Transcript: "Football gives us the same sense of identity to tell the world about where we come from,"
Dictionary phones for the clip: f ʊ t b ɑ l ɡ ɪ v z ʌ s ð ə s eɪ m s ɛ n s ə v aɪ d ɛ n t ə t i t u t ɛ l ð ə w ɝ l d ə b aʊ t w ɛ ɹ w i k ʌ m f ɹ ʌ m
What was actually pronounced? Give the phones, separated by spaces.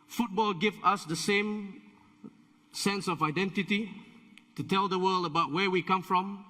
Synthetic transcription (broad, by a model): f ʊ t b ɑ l ɡ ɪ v ʌ s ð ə s eɪ m s ɛ n s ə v aɪ d ɛ n t ə t i t u t ɛ l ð ə w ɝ l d ə b aʊ t w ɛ w i k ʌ m f ɹ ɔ m